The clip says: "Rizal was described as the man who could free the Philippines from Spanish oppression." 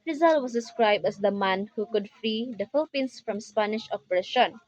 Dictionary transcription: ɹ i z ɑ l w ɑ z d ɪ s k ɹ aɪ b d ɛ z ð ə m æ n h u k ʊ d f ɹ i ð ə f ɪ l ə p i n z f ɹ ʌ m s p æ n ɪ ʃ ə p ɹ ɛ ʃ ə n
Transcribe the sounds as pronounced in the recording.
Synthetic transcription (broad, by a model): ɹ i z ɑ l w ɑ s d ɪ s k ɹ aɪ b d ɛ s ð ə m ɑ n h u k ʊ d f ɹ i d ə f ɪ l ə p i n s f ɹ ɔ m s p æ n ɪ ʃ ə p ɹ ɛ ʃ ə n